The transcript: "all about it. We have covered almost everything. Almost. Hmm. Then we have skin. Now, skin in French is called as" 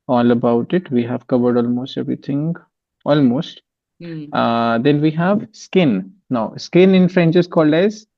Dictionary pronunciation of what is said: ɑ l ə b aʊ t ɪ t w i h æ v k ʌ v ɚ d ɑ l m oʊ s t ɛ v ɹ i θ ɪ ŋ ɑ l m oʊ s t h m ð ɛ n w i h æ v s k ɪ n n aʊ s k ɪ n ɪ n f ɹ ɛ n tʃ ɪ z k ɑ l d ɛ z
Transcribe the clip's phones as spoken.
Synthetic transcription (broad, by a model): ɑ l ə b aʊ t ɪ t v i h æ v k ʌ v ɚ d ɑ l m oʊ s t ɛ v ɹ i t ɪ ŋ ɑ l m oʊ s t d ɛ n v i h æ v s k ɪ n n aʊ s k ɪ n ɪ n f ɹ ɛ n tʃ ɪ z k ɑ l d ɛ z